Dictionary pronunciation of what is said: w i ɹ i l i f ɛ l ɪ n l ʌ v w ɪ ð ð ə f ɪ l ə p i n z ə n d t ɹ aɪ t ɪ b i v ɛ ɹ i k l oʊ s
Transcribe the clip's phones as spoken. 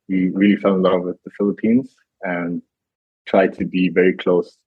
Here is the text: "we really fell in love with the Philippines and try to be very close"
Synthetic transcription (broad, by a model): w i ɹ i l i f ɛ n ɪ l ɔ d w ɪ ð ð ə f ɪ l ə p i n z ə n t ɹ aɪ t ɪ b i v ɛ ɹ i k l oʊ s